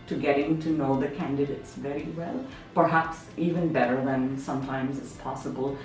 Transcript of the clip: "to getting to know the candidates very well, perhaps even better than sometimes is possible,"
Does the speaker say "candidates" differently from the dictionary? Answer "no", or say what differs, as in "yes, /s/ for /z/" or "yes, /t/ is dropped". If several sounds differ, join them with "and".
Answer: no